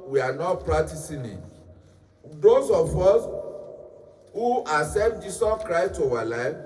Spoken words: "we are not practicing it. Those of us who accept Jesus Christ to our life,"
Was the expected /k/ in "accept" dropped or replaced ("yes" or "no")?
yes